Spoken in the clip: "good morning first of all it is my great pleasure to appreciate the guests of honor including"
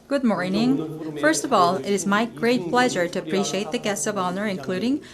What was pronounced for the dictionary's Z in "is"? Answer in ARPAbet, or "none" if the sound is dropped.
Z